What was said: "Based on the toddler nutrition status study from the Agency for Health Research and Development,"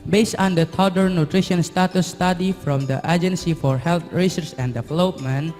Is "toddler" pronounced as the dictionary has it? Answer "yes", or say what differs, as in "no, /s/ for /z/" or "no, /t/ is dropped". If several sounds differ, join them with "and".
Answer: no, /l/ is dropped